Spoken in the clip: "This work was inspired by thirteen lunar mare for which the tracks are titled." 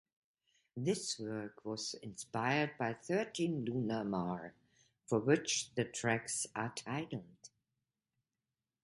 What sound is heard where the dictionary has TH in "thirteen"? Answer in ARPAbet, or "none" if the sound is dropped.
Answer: TH